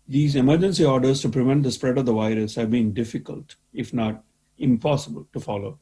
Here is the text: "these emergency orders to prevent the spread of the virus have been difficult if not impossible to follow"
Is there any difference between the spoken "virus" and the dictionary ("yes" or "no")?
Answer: no